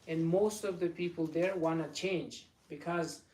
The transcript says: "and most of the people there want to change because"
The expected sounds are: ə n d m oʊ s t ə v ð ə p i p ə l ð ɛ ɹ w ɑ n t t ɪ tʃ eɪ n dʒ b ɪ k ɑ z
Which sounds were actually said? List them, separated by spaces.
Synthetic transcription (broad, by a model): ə n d m oʊ s t ə v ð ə p i p ə l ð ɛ ɹ w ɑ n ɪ tʃ eɪ n dʒ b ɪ k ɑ z